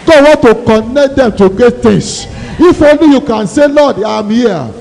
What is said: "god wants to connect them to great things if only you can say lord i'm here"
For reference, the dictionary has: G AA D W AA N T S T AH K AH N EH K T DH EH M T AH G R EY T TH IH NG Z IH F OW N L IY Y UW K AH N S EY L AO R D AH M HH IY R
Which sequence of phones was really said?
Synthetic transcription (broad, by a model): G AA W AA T T AH K AH N EH K T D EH M T AH G EY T T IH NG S IH F OW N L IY Y UW K AH N S EY L AO D AH M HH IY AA